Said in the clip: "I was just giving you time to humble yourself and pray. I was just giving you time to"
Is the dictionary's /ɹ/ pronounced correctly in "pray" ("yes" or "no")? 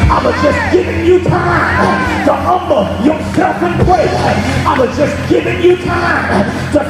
no